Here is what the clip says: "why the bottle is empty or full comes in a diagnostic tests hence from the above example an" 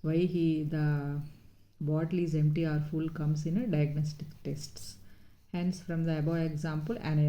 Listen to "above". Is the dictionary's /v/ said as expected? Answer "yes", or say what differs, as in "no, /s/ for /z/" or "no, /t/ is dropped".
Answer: no, /v/ is dropped